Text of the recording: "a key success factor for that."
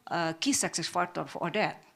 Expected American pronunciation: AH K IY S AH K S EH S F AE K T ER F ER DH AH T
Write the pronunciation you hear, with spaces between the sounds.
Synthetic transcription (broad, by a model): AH K IY S AH K S EH S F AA T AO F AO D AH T